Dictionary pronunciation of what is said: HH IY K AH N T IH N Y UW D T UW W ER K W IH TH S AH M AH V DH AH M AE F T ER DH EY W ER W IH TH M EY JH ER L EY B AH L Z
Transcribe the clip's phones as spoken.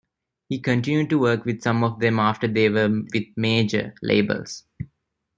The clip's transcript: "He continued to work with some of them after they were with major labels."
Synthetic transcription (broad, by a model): HH IY K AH N T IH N Y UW D T UW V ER K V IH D S AH M AH V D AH M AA F T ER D EY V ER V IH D M EY JH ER L EY B AH L S